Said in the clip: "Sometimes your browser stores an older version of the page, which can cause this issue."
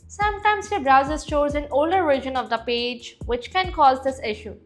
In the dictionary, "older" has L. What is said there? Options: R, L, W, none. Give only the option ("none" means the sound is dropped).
L